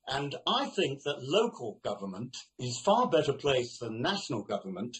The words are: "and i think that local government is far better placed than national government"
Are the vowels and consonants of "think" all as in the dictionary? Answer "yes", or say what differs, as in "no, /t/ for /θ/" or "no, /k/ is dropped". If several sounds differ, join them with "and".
yes